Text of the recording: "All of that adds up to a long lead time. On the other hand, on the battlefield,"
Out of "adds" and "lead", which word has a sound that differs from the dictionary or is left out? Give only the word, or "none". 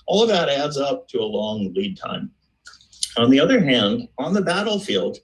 none